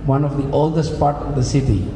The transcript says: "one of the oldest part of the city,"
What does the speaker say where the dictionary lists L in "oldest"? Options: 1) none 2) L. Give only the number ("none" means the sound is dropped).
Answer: 2